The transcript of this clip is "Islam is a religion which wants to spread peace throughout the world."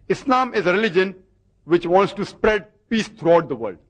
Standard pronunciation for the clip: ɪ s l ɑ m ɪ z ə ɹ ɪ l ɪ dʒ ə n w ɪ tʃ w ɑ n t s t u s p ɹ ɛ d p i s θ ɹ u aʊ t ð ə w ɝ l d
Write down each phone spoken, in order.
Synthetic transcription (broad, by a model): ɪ s l ɑ m ɪ z ə ɹ ɪ l ɪ dʒ ə n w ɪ tʃ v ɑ n t s t u s p ɹ ɛ d p i s t ɹ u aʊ t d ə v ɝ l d